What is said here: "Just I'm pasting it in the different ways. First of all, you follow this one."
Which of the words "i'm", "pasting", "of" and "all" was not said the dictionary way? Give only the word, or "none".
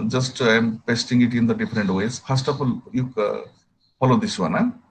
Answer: of